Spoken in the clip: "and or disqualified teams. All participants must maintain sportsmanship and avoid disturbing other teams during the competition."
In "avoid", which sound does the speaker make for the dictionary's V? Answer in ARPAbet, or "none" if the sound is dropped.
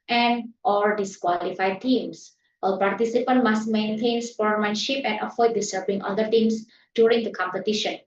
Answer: F